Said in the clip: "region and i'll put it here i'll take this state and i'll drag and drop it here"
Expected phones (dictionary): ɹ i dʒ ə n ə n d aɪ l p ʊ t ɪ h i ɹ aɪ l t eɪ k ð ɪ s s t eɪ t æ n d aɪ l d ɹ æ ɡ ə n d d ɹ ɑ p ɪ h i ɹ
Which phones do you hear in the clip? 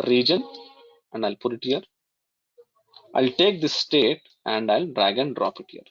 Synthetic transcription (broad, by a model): ɹ i dʒ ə n ə n d aɪ l p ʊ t ɪ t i ɹ aɪ l t eɪ k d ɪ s s t eɪ t æ n d aɪ l d ɹ æ ɡ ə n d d ɹ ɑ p ɪ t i ɹ